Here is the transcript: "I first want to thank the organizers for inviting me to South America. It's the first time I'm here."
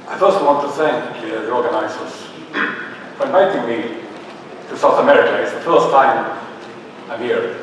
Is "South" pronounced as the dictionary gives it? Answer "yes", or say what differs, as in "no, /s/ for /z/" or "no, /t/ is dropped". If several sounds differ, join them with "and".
yes